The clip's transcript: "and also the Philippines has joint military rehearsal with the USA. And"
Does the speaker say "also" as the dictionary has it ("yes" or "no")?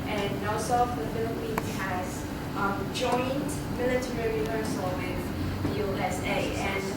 no